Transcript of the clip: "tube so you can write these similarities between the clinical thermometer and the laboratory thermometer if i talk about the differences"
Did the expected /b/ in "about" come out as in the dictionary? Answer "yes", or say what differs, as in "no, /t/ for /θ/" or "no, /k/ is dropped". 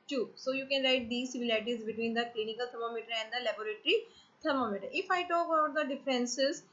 no, /b/ is dropped